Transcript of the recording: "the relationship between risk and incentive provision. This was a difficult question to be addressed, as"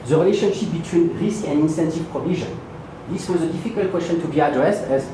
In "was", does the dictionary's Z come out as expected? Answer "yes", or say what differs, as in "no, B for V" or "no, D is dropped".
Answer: yes